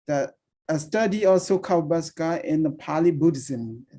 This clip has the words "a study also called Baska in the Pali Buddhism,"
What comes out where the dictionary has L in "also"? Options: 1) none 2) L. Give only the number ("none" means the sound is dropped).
1